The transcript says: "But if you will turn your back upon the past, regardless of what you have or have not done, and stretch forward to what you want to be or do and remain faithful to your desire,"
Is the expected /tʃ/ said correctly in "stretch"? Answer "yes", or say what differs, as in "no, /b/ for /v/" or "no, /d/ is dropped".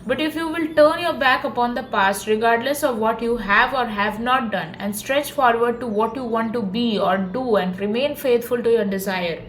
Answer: yes